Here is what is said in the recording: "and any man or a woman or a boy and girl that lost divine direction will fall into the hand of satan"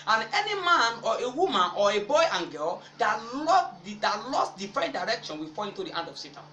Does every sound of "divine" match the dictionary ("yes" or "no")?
no